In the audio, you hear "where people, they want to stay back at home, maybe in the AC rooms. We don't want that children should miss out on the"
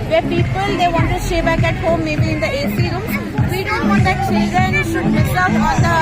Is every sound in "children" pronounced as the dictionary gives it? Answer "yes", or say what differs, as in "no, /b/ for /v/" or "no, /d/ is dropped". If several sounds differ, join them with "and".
no, /ɹ/ is dropped